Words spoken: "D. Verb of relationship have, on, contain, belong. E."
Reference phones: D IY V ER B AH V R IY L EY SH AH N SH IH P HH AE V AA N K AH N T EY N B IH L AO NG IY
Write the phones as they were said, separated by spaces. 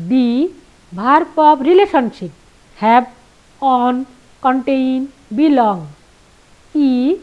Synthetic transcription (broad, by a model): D IY B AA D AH P R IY L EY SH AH N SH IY P HH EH B AA N K AH N T EY N B IH L AO NG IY